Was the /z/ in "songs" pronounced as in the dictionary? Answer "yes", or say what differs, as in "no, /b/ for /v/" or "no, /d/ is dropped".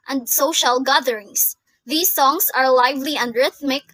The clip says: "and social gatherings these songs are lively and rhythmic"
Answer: no, /s/ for /z/